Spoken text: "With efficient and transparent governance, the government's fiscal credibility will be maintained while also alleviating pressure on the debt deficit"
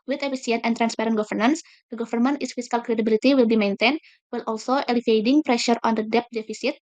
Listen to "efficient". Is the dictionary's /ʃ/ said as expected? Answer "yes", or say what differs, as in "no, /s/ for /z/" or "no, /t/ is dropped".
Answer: no, /s/ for /ʃ/